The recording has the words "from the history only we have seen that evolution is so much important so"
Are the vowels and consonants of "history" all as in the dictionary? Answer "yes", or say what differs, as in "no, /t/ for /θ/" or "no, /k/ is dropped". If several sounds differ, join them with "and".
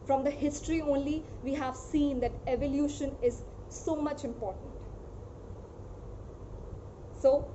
yes